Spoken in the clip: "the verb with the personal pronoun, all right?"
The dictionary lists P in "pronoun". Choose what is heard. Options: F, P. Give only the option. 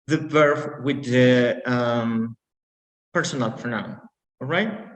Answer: F